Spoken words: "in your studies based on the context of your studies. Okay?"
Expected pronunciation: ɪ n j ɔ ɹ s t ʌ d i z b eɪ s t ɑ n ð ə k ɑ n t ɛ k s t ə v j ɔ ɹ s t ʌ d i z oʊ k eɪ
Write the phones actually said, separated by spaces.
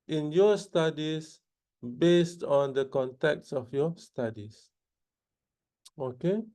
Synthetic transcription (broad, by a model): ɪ n j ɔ s t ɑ d i s b eɪ s t ɑ n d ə k ɑ n t ɛ k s ə f j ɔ s t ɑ d i s oʊ k eɪ